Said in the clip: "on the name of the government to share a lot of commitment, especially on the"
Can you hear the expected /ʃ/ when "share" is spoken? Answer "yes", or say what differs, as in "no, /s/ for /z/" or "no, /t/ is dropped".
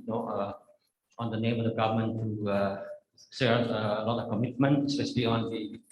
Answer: no, /s/ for /ʃ/